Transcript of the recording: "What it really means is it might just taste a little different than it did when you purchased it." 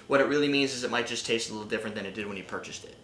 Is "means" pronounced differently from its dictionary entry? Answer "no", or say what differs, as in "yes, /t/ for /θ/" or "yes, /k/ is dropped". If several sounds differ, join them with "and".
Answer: no